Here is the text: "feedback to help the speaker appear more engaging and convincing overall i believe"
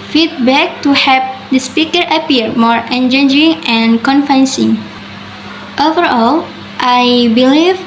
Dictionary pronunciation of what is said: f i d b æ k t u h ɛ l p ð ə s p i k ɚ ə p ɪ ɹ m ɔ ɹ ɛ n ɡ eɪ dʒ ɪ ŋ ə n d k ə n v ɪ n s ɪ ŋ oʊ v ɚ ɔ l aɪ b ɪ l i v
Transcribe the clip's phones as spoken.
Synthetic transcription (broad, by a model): f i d b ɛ k t u h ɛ p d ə s p i k ɚ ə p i ɹ m ɔ ɹ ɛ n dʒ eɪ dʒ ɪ ŋ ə n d k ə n f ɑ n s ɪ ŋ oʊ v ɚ ɔ l aɪ b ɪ l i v